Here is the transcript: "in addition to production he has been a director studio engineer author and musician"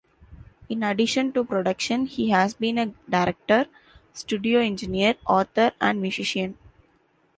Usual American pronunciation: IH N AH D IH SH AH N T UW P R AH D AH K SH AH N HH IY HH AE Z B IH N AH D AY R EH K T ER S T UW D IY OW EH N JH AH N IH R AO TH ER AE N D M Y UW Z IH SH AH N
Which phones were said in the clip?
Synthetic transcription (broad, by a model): IH N AH D IH SH AH N T UW P R AH D AH K SH AH N HH IY HH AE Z B IH N AH D AY R EH K T ER S T UW D IY OW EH N JH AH N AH R AO T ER AE N D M Y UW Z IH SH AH N